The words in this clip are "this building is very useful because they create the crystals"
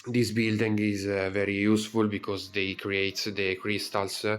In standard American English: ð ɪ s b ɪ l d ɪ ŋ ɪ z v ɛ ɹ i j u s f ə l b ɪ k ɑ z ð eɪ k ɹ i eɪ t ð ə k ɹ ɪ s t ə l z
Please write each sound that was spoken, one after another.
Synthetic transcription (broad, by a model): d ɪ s b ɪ l d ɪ ŋ ɪ z v ɛ ɹ i j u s f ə l b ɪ k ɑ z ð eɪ k ɹ i eɪ t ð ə k ɹ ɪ s t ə l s